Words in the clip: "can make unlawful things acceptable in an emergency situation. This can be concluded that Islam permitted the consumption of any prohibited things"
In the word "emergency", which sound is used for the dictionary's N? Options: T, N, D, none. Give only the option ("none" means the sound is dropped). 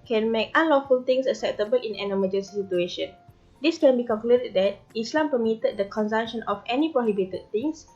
none